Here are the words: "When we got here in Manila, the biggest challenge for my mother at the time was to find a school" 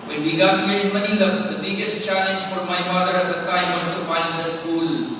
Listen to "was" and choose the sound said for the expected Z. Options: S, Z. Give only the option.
S